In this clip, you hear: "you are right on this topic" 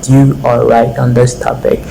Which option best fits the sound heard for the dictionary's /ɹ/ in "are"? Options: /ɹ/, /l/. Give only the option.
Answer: /l/